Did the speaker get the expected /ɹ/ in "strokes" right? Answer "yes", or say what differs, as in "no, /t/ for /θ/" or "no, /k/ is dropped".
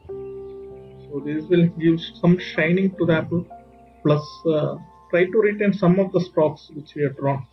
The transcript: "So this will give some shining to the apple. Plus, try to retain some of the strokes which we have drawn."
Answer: no, /ɹ/ is dropped